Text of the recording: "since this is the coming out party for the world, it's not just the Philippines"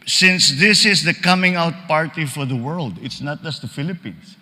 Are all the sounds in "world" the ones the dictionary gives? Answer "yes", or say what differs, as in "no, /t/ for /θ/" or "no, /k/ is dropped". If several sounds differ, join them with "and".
yes